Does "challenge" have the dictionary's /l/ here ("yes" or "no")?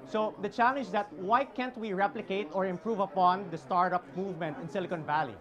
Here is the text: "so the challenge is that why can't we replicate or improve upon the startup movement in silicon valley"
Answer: yes